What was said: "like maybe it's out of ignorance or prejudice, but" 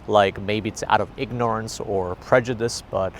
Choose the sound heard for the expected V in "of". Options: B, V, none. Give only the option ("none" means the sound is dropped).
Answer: V